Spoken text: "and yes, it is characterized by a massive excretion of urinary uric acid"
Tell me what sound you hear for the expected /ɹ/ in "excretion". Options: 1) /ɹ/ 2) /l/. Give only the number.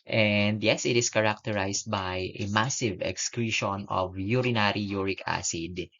1